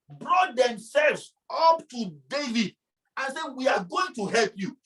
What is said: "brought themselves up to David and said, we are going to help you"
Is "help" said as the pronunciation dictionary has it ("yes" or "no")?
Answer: yes